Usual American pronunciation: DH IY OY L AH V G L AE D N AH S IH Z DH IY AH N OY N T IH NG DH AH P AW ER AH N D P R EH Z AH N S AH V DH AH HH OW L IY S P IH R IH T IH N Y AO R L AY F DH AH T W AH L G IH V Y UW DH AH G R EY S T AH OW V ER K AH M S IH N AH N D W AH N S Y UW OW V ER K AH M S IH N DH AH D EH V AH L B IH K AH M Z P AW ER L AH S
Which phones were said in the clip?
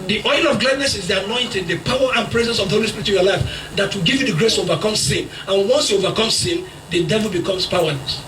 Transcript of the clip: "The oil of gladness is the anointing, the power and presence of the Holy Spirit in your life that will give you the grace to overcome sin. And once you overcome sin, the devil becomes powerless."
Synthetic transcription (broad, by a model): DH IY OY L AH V G L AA D N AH S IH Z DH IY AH N OY N T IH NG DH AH P AW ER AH N P R EH Z AH N S AH V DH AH HH OW L IY S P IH R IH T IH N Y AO L AY F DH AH T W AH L G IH V Y UW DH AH G R EY S T AH OW V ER K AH M S IH N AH N W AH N S Y UW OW V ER K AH M S IH N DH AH D EH V AH L B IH K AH M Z P AW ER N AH S